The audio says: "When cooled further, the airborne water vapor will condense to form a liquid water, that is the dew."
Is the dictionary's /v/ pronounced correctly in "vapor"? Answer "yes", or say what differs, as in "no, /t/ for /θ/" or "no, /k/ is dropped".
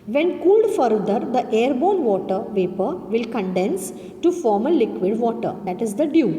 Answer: yes